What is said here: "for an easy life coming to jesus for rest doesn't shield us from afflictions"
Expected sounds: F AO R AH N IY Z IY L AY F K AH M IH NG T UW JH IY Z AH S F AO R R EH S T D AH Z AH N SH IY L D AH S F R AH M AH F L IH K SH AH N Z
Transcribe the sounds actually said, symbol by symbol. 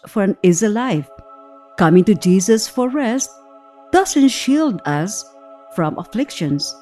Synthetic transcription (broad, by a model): F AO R AH N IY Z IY L AY F K AH M IH NG T UW JH IY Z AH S F AO R R EH S T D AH S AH N SH IY L D AH S F R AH M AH F L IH K SH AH N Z